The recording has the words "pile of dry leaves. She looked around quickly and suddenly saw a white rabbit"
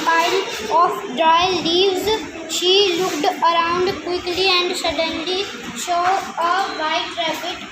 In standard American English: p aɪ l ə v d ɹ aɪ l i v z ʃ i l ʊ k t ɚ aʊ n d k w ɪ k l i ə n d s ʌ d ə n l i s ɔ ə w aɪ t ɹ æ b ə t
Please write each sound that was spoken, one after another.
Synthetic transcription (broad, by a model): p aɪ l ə f d ɹ aɪ l i v z ʃ i l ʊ k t ɚ aʊ n d k w ɪ k l i ə n d s ʌ d ə n l i ʃ ɔ ə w aɪ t ɹ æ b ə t